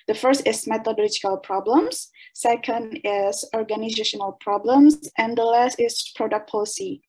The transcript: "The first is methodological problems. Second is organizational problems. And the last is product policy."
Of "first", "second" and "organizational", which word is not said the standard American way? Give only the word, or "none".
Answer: none